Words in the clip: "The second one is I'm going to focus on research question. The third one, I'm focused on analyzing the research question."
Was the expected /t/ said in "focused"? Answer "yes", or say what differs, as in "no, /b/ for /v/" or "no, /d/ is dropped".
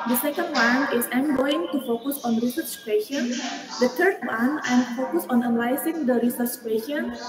no, /t/ is dropped